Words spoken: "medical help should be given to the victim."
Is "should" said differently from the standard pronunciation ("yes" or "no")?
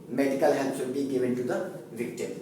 yes